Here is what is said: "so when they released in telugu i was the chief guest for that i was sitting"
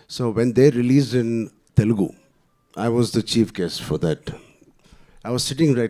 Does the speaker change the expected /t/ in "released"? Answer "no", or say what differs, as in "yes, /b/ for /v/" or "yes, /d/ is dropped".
yes, /t/ is dropped